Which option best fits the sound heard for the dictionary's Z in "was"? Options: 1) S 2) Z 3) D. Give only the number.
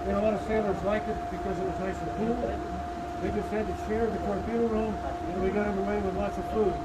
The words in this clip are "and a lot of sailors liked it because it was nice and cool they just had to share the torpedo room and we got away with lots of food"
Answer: 2